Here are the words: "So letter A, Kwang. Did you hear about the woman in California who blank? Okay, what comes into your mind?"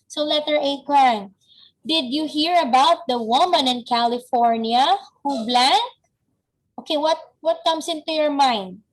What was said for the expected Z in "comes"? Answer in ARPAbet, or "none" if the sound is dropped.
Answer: S